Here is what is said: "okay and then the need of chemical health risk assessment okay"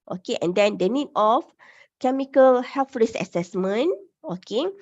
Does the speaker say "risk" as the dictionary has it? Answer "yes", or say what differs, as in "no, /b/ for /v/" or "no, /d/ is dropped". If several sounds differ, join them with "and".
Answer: no, /k/ is dropped